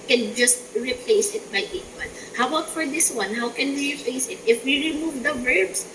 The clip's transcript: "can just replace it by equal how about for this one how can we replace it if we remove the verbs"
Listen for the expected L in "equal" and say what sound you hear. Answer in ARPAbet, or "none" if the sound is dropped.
N